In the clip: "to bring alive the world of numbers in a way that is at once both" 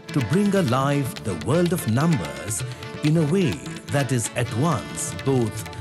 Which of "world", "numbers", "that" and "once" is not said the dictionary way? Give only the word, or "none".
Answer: none